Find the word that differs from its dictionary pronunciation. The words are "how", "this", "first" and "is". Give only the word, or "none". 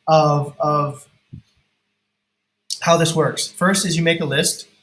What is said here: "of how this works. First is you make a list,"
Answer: none